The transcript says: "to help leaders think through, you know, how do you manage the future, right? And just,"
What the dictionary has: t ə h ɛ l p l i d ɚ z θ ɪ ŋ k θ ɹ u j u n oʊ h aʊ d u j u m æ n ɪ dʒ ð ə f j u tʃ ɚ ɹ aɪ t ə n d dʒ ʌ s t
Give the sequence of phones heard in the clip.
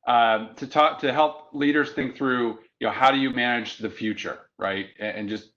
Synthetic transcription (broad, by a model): t ə h ɛ l p l i d ɚ z θ ɪ ŋ k θ ɹ u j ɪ n oʊ h aʊ d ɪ j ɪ m æ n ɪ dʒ ð ə f j u tʃ ɚ ɹ aɪ t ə n dʒ ʌ s t